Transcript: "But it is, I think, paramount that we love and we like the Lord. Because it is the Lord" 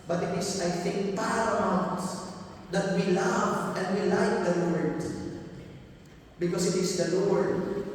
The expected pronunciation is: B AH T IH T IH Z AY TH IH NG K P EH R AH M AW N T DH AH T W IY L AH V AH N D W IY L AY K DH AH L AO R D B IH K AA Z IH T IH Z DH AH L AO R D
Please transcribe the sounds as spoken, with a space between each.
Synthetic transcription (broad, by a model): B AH T IH T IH S AY TH IH NG K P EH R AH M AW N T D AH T W IY L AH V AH N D W IY L AY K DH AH L AO R D B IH K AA S IH T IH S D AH L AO R D